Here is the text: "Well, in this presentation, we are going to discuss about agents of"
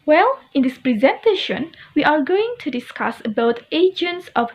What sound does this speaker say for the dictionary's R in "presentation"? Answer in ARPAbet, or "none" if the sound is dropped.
R